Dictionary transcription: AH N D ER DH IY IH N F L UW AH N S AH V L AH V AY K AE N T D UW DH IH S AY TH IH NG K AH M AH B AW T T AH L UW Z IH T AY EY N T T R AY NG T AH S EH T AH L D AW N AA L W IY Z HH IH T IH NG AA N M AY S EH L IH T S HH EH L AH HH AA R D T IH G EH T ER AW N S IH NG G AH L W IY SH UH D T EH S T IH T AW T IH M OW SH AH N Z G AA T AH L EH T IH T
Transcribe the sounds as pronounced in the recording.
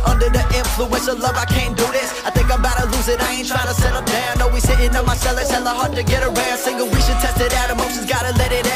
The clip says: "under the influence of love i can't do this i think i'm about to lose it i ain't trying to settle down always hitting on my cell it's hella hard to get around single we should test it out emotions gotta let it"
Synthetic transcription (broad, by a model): AH N D ER DH IY IH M F L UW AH N S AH L AH V AY K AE N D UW DH IH S AY TH IH NG K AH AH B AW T T AH L UW Z IH T AY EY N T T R AY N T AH S EH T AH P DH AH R AA N W IY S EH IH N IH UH M AY S EH L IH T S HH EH L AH HH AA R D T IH G EH T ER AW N S IH NG G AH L W IY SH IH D T EH S T IH T AW T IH M OW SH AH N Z G AA T AH L EH T IH T